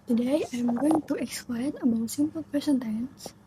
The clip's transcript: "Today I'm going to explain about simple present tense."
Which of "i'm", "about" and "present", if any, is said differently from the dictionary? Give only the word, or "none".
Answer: present